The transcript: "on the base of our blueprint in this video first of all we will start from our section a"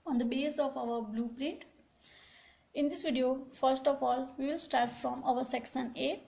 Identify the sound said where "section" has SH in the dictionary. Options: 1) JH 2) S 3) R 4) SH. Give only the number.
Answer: 2